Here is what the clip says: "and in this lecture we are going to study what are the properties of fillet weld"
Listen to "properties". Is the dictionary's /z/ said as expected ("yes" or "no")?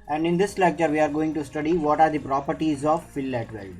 yes